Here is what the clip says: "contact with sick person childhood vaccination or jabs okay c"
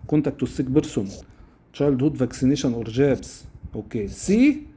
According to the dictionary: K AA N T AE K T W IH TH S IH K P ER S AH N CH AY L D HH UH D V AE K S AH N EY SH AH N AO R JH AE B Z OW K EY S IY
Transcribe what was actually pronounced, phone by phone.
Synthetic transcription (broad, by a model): K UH N T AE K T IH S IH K B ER S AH N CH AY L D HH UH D V AE K S AH N EY SH AH N AO R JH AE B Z OW K EY S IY